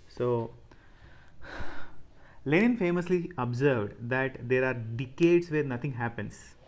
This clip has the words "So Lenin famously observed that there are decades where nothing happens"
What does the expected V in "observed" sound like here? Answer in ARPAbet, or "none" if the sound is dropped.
V